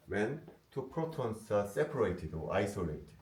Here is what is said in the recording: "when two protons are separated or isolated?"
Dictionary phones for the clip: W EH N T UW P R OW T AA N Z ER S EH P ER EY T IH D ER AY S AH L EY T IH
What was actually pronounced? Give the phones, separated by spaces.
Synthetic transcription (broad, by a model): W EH N T UW P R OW T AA N S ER S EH P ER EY T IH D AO AY S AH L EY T